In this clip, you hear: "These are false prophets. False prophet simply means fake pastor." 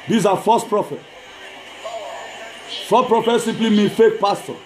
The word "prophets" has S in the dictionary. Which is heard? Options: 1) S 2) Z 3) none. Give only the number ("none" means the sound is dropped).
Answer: 3